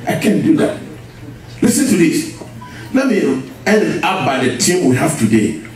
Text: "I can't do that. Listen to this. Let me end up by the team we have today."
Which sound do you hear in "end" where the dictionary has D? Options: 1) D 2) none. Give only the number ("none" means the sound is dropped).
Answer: 2